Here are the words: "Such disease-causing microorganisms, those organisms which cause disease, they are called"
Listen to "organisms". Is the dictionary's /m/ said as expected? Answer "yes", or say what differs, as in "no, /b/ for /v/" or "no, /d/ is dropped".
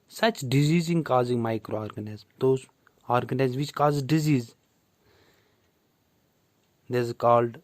no, /m/ is dropped